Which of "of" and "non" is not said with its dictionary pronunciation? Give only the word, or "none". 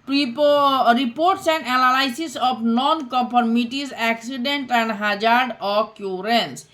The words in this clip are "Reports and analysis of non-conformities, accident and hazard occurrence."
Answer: of